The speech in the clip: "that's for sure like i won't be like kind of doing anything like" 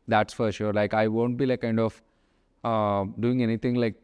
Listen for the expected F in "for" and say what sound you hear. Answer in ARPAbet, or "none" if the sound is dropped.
F